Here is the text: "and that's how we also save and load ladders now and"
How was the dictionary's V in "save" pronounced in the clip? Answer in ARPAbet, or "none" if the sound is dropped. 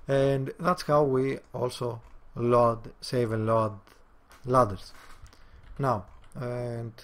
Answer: V